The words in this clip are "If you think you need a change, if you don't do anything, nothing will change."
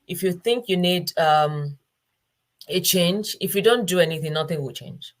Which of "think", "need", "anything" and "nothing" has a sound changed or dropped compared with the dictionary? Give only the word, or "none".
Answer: none